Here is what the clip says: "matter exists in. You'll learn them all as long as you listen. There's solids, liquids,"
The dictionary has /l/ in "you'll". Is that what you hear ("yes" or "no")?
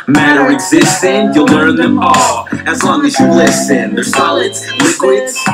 yes